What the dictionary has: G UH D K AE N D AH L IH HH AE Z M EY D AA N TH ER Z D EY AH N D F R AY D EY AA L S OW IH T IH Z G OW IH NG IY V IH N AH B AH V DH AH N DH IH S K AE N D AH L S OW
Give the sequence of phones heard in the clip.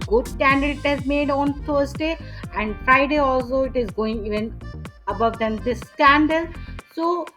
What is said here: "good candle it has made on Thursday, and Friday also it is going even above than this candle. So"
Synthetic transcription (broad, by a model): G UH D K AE N D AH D IH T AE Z M EY D AA N T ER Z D EY AH N D F R AY D EY AA L S OW IH T IH Z G OW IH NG IY V IH N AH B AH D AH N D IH S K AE N D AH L S OW